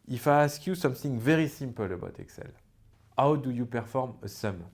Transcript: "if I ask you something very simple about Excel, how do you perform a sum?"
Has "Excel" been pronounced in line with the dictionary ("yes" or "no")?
yes